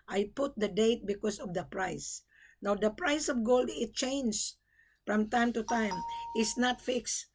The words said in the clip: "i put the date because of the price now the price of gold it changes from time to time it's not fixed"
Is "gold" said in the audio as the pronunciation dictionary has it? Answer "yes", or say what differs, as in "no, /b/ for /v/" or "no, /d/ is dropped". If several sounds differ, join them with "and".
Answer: yes